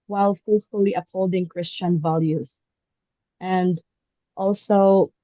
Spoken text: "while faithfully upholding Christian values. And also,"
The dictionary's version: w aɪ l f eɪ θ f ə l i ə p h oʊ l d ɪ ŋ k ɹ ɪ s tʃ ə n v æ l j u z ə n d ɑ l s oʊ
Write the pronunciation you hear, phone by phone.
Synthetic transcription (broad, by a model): w aɪ l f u t f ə l i ə p h oʊ l d ɪ ŋ k ɹ ɪ s tʃ ə n v æ l j u z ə n d ɑ l s oʊ